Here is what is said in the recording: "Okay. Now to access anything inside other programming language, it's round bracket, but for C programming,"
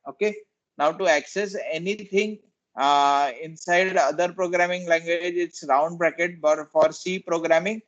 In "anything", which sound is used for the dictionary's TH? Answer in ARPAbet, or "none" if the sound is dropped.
T